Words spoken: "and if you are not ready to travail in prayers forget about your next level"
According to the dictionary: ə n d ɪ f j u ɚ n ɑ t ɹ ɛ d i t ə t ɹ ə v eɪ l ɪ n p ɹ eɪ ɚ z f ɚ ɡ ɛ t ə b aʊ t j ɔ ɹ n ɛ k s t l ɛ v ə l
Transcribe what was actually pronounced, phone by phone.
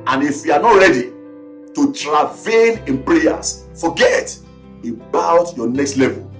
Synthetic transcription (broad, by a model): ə n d ɪ f j u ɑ n ɑ t ɹ ɛ d i t ə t ɹ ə v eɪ n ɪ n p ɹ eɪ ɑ s f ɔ ɡ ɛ t ə b aʊ t j ɔ n ɛ k s t l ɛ v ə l